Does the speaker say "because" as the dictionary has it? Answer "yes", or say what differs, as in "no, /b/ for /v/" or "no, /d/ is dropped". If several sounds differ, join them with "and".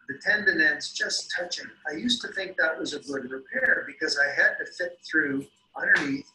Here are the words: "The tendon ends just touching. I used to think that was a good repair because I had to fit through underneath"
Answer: yes